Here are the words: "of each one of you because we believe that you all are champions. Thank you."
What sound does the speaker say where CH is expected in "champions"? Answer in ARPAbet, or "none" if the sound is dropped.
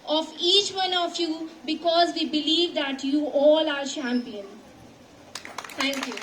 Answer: SH